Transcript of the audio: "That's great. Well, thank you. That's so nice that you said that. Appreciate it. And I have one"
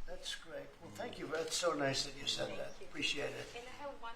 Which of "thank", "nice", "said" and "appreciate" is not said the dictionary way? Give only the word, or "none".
none